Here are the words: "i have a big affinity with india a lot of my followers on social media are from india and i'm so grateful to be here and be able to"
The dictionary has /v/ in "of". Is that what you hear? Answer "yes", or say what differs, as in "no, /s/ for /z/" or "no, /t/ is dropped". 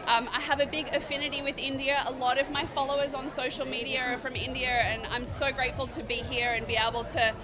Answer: yes